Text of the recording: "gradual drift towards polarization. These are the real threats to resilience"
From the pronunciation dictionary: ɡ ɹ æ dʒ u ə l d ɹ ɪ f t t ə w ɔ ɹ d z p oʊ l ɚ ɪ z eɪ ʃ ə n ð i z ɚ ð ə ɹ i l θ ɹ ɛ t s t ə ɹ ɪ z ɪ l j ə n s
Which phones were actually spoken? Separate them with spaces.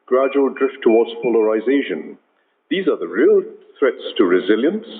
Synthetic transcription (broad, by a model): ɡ ɹ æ dʒ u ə l d ɹ ɪ f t t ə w ɔ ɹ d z p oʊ l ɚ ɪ z eɪ ʃ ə n ð i z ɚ ð ə ɹ i l θ ɹ ɛ t s t ə ɹ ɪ z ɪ l j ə n s